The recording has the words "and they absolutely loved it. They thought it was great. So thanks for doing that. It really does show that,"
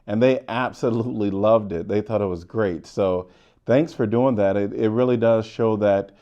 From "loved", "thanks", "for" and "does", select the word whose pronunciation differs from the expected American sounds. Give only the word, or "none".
none